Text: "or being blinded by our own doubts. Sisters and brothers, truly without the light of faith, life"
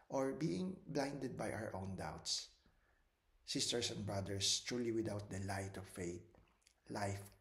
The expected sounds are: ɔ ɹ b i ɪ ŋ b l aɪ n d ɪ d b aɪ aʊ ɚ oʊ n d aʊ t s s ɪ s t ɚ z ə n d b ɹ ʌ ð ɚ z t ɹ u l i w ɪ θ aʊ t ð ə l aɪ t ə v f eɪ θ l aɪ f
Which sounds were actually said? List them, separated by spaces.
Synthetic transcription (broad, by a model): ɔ ɹ b i ɪ ŋ b l aɪ n d ɪ d b aɪ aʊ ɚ oʊ n d aʊ t s s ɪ s t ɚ s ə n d b ɹ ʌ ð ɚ s t ɹ u l i w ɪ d aʊ t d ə l aɪ t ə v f eɪ t l aɪ f